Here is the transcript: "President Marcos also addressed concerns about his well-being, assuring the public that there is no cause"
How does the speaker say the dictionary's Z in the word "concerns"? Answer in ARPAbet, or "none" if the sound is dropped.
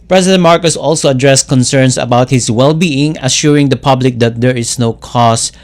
S